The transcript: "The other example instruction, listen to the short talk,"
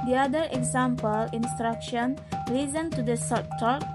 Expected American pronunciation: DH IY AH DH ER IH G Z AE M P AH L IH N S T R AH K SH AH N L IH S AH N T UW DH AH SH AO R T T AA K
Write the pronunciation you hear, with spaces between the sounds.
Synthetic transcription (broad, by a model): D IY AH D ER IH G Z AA M P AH L IH N S T R AH K SH AH N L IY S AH N T UW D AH S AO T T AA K